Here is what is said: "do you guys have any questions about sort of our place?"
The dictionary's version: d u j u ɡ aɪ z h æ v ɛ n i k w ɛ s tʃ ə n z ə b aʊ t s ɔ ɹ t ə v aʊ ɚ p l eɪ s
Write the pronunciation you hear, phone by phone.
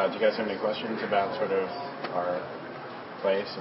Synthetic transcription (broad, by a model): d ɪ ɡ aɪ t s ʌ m ɛ n i k w ɛ s tʃ ə n z ə b aʊ t s ɔ ɹ t ə v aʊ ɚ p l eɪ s